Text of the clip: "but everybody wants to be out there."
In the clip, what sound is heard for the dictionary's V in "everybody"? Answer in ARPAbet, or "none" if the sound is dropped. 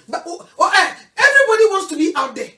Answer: V